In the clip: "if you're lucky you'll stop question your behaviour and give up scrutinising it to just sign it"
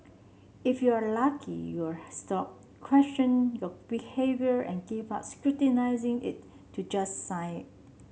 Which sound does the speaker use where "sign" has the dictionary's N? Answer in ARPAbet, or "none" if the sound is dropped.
none